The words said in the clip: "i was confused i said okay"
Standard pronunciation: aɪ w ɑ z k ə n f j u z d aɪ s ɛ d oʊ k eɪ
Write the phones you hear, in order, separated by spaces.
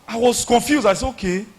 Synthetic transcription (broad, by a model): aɪ w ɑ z k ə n f j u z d aɪ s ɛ oʊ k eɪ